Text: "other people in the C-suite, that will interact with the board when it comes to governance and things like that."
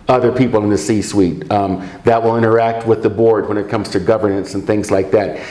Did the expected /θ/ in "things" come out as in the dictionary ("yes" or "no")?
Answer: yes